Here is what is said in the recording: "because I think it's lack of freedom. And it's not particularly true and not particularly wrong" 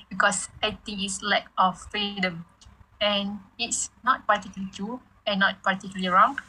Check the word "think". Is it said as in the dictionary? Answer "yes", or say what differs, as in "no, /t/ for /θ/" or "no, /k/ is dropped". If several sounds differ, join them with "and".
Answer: no, /t/ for /θ/ and /k/ is dropped